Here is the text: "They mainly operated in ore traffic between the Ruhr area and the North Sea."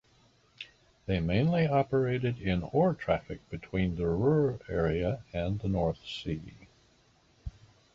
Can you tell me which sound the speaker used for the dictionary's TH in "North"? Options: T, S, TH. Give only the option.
TH